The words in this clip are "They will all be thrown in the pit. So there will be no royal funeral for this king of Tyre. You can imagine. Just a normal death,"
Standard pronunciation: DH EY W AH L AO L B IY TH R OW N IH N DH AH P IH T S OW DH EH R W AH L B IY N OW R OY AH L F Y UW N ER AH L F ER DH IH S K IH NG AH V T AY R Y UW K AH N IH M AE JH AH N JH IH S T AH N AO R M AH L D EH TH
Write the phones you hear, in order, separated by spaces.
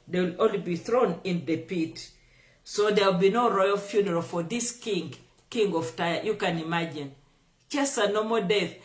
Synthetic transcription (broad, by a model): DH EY W AH L AO L B IY TH R OW N IH N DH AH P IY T S OW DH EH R W AH L B IY N OW R OY AH L F Y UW N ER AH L F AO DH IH S K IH NG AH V T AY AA Y UW K AH N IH M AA JH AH N CH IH S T AH N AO M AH D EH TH